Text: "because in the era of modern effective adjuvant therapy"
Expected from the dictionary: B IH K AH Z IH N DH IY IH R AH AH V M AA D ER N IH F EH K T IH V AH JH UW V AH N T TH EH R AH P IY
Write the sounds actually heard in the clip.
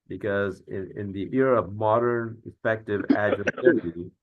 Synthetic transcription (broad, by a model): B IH K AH Z IH N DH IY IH R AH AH P M AA D ER N IH F EH K T IH V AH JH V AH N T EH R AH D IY